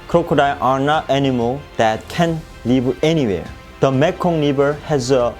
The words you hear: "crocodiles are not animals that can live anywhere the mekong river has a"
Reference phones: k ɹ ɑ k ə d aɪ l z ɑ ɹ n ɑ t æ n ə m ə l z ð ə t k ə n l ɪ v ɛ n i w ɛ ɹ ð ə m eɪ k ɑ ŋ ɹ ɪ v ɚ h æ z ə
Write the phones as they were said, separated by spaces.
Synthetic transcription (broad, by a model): k ɹ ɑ k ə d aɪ ɑ ɹ n ɑ t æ n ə m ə l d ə t k ə n l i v ɛ n i w ɛ ɹ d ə m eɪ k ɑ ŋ l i b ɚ h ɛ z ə